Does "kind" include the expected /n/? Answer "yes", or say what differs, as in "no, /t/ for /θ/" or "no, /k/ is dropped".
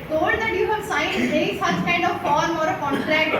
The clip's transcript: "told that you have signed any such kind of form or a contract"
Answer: yes